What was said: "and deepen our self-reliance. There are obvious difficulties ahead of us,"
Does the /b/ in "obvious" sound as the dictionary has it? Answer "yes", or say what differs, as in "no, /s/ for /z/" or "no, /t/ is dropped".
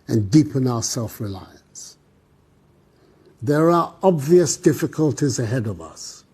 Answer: yes